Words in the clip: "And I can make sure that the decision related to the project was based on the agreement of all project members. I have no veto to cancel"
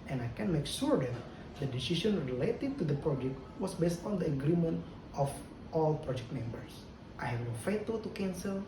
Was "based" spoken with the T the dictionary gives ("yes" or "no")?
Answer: yes